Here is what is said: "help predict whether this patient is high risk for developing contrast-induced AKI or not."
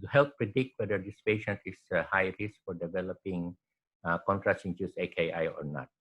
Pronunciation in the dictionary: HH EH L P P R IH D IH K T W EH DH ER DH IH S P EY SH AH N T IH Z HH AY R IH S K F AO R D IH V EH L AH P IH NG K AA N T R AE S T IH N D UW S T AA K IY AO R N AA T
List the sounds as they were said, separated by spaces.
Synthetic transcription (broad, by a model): HH EH L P P R IH D IH K T W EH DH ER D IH S P EY SH AH N T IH S HH AY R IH S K F AO R D IH V EH L AH P IH NG K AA N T R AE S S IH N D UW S AA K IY AO R N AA T